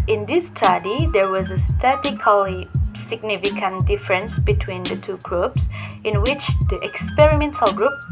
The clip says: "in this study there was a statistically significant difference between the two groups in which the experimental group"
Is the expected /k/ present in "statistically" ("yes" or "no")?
no